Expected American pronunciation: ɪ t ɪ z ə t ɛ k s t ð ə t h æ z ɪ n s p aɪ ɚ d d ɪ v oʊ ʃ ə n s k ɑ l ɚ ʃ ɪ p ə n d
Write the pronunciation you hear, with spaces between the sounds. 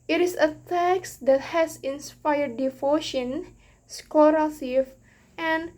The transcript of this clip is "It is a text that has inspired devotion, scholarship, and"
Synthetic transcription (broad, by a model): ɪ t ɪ s ə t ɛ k s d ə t h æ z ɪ n s p aɪ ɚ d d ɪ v oʊ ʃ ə n s k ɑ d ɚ s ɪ f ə n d